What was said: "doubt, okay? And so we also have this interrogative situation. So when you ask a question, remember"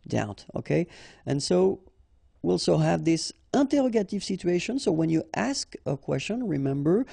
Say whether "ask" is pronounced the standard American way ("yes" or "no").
yes